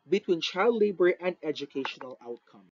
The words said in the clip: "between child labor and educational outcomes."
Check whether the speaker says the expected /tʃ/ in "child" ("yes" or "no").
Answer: yes